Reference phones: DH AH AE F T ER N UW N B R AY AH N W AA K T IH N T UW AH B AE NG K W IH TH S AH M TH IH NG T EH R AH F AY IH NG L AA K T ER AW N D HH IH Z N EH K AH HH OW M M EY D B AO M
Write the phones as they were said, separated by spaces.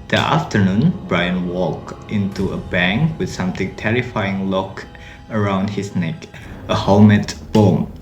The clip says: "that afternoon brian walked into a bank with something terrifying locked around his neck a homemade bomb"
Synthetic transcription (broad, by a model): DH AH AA F T ER N UW N B R AY AH N W AA K T IH N T UW AH B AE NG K W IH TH S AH M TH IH NG T EH R AH F AY IH NG L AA K ER AW N D HH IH S N EH K AH HH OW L M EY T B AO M